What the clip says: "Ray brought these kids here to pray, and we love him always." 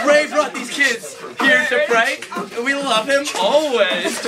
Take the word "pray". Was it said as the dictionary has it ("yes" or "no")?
no